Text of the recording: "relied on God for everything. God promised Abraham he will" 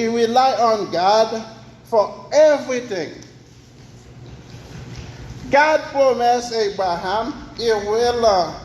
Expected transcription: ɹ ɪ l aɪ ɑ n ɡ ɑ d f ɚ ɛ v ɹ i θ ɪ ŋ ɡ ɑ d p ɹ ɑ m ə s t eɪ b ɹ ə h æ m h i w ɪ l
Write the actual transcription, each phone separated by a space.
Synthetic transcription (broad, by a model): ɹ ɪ l aɪ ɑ n ɡ ɑ d f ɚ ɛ v ɹ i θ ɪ ŋ ɡ ɑ d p ɹ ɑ m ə s eɪ b ɹ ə h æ m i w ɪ l